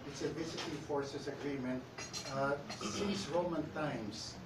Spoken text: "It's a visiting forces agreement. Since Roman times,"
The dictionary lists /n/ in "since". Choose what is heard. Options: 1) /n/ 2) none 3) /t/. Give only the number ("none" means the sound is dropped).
2